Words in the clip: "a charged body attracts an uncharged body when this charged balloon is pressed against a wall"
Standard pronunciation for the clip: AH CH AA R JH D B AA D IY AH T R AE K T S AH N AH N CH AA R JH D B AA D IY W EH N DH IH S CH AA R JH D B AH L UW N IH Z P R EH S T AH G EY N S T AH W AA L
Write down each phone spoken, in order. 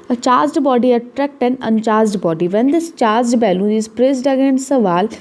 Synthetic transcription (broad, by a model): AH CH AA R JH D B AA D IY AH T R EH K T AH N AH N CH AA R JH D B AA D IY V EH N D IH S CH AA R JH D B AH L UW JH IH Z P R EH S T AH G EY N S AH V AA L